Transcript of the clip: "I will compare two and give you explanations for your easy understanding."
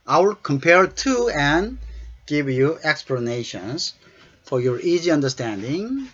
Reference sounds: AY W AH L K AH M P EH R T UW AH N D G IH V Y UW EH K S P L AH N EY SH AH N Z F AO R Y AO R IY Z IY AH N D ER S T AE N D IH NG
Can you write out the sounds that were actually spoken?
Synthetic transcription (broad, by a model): AY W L K AH M P EH R T UW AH N G IH V Y UW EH K S P L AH N EY SH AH N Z F AO R Y AO R IY Z IY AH N D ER S T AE N D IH NG